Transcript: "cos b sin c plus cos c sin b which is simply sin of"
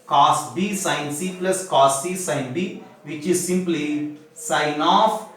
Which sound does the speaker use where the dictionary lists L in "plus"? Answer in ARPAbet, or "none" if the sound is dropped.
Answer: L